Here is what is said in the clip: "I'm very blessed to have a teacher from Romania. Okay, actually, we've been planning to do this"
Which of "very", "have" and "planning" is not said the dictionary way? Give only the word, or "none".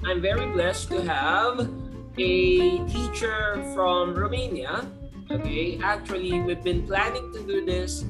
none